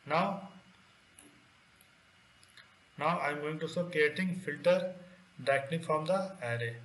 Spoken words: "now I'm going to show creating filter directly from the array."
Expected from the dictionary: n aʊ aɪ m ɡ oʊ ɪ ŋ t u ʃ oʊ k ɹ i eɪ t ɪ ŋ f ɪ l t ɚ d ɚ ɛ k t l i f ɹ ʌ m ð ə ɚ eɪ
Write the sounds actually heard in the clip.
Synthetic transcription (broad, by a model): n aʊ aɪ m ɡ oʊ ɪ ŋ t u s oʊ k ɹ i eɪ t ɪ ŋ f ɪ l t ɚ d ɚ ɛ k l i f ɹ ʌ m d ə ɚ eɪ